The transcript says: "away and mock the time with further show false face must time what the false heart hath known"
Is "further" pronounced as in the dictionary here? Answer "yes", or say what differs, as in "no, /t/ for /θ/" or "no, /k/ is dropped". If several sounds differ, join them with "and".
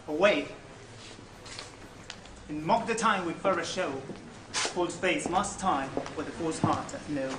no, /ð/ is dropped